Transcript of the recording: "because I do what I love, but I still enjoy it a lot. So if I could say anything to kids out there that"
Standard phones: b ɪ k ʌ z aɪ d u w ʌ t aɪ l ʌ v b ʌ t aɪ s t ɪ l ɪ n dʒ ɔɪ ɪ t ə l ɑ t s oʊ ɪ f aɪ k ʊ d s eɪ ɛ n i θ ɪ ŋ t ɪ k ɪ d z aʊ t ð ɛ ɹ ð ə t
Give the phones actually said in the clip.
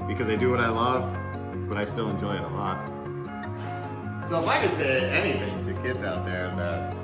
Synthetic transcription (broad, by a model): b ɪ k ʌ z aɪ d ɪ w ʌ t aɪ l ʌ v b ʌ t aɪ s t ɪ l ɪ n dʒ ɔɪ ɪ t ə l ɑ t s oʊ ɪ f aɪ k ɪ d s eɪ ɛ n i θ ɪ ŋ t ɪ k ɪ d z aʊ t ð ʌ ɹ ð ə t